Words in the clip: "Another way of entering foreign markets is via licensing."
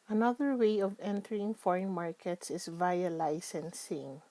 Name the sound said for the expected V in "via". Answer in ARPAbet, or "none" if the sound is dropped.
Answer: V